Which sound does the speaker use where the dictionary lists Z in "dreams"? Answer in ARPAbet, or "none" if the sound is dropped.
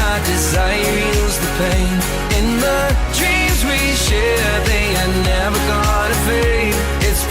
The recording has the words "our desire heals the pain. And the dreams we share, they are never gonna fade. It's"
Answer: Z